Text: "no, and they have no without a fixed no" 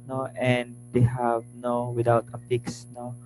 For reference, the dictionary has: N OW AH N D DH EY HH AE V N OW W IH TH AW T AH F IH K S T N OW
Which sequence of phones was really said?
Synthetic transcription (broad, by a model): N OW AH N D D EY HH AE V N OW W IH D AW T AH P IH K S N OW